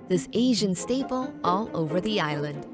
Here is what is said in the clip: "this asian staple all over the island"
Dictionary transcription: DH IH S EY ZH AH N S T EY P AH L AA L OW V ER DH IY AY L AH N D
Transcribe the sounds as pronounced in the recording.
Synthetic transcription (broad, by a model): DH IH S EY ZH AH N S T EY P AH L AA L OW V ER DH IY AY L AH N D